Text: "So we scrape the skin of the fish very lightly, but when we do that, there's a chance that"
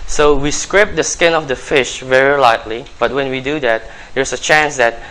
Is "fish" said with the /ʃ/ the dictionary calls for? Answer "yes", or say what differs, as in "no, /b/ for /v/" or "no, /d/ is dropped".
yes